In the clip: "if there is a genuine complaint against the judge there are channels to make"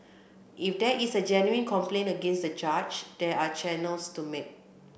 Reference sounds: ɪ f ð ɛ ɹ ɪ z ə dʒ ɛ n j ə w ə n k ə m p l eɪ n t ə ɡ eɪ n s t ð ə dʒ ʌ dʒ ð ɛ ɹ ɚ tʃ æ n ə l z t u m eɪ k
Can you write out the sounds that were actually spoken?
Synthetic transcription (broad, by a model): ɪ f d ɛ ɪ s ə dʒ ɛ n j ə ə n k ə m p l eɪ n ə ɡ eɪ n s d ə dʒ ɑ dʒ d ɛ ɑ tʃ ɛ n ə l s t u m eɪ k